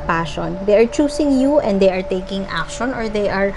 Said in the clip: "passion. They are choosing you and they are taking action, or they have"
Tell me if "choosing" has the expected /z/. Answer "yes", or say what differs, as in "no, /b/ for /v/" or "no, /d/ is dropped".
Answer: no, /s/ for /z/